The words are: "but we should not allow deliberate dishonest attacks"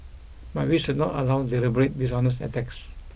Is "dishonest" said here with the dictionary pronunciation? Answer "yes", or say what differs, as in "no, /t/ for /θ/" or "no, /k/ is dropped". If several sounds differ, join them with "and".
no, /t/ is dropped